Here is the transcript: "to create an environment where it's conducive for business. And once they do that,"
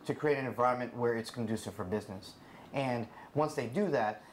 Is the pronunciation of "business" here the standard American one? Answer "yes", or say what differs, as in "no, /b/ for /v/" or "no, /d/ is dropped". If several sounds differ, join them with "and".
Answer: yes